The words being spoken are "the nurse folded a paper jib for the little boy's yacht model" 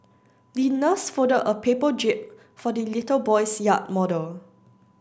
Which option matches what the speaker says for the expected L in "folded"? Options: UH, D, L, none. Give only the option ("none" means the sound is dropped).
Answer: none